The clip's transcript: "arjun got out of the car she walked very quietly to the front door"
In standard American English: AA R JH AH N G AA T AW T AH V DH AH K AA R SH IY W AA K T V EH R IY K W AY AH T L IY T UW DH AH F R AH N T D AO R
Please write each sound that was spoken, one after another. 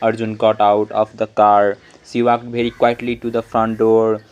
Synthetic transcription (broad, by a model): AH R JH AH N G AA T AW T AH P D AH K AA R S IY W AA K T B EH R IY K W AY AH T L IY T UW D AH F R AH N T D AO R